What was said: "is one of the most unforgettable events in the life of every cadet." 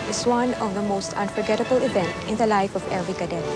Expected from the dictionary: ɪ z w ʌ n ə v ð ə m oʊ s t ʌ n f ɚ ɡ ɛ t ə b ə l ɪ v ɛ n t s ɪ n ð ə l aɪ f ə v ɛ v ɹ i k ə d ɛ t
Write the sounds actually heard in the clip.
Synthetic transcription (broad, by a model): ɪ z w ʌ n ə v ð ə m oʊ s t ʌ n f ɚ ɡ ɛ t ə b ə l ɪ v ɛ n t ɪ n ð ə l aɪ f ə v ɛ v ɹ i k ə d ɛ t